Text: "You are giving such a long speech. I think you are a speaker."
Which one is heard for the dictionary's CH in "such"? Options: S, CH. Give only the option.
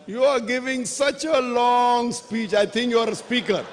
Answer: CH